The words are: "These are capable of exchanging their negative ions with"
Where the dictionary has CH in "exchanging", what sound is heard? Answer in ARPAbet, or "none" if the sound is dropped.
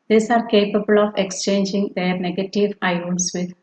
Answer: CH